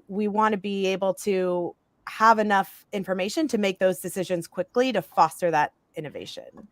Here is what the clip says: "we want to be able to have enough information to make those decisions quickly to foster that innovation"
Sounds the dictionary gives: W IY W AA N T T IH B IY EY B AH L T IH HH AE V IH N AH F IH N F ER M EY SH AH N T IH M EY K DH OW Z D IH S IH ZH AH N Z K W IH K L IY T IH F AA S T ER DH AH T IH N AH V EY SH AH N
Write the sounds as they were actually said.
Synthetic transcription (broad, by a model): W IY W AA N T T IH B IY EY B L T IH HH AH V IH N AH F IH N F ER M EY SH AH N T IH M EY K DH OW Z D IH S IH ZH AH N Z K W IH K L IY T IH F AA S T ER DH AH T IH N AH V EY SH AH N